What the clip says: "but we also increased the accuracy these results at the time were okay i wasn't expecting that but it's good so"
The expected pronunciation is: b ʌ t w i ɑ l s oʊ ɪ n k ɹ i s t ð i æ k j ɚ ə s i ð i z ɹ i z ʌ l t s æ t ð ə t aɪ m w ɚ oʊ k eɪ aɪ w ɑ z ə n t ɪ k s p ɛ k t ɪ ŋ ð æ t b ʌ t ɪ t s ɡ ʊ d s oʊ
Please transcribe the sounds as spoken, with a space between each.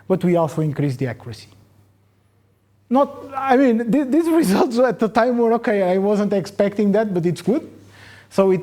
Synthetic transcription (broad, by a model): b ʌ t w i ɑ l s oʊ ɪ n k ɹ i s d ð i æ k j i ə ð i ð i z ɹ i z ʌ l t s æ t ð ə t aɪ m w ɚ oʊ k eɪ aɪ w ɑ z ə n t ɪ k s p ɛ k t ɪ ŋ ð æ t b ʌ t ɪ t s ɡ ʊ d s oʊ